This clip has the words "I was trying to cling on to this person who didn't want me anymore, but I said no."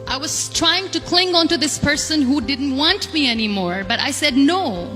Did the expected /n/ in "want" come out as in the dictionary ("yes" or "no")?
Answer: yes